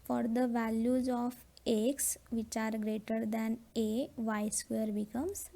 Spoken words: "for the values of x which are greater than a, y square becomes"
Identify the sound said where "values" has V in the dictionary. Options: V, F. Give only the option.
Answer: V